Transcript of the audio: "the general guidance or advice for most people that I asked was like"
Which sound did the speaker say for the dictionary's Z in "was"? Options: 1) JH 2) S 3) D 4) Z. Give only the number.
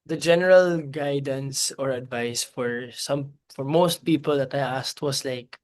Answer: 2